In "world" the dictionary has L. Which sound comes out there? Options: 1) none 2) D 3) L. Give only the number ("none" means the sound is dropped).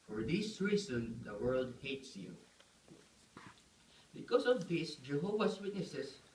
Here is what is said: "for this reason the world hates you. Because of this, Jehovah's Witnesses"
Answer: 3